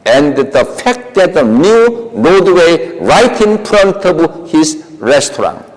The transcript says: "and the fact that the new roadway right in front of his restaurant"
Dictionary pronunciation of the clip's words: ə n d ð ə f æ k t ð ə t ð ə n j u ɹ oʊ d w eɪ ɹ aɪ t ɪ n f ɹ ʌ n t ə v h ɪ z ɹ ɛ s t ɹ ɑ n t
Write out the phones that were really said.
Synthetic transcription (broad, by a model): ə n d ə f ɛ k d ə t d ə n j u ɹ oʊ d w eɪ ɹ aɪ t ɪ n p ɹ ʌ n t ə b h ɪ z ɹ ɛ s t ɹ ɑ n